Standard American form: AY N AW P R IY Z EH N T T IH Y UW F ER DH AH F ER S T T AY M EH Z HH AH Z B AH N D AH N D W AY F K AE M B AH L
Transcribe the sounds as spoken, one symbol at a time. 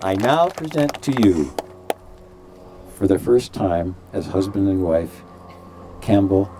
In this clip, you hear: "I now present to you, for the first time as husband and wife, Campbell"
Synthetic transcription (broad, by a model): AY N AW P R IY Z EH N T T IH Y UW F ER DH AH F ER S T T AY M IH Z HH AH Z B AH N D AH N W AY F K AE M B L